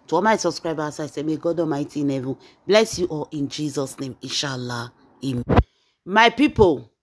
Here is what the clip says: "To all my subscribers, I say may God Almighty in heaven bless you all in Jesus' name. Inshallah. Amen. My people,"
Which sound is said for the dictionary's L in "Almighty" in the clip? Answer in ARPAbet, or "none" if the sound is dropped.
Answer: none